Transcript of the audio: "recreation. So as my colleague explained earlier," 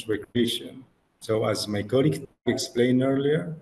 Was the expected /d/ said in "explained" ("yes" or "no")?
no